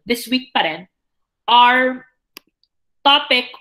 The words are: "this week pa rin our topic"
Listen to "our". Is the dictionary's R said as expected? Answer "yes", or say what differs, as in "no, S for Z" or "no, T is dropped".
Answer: yes